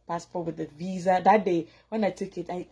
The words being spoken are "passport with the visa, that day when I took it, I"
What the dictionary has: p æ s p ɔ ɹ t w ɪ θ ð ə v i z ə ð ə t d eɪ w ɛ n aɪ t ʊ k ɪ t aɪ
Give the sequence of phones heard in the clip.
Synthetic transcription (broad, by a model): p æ s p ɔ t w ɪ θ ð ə v i z ə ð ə t d eɪ w ɛ n aɪ t ʊ k ɪ t aɪ